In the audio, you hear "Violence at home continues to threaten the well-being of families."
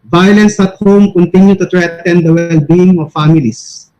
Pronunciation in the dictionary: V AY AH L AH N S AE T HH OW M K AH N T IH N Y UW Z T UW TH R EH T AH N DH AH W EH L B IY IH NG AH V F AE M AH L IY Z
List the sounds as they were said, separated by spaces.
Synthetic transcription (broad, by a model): V AY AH L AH N S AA T HH OW M K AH N T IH N Y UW T UW T R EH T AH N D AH W EH L B IY IH NG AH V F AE M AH L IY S